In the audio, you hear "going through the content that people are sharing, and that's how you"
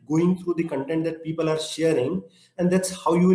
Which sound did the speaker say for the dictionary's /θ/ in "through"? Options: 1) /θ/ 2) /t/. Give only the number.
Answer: 2